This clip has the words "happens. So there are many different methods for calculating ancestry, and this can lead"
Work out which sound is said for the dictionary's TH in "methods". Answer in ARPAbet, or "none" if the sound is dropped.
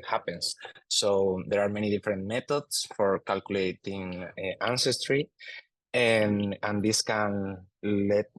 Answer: T